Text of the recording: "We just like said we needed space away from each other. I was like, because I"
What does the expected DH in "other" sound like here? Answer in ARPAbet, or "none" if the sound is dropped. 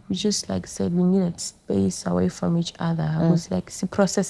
DH